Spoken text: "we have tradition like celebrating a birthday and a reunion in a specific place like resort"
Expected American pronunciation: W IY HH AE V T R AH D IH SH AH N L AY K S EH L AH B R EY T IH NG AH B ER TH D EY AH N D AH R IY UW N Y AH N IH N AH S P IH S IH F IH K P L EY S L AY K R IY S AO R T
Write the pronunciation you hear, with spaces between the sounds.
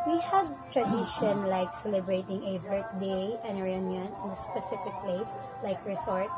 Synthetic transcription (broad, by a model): W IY HH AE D T R AH D IH SH AH N L AY K S EH L AH B R EY T IH NG AH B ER T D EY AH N AH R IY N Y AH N IH N AH S P IH S IH F IH K P L EY S L AY K R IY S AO R T